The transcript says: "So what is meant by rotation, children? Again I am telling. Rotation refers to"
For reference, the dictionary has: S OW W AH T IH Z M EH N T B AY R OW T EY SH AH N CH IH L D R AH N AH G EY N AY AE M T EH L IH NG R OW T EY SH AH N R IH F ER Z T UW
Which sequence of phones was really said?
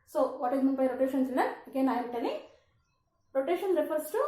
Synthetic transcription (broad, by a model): S OW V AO T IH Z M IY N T B AY R OW T EY SH AH N S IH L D AH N AH G EY N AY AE T EH L IH NG R OW T EY SH AH N R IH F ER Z T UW